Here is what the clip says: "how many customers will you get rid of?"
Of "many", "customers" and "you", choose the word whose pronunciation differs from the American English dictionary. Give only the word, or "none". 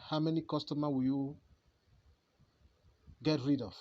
customers